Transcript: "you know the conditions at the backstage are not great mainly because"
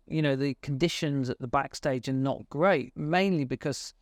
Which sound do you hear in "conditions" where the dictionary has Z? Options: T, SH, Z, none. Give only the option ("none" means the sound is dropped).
Z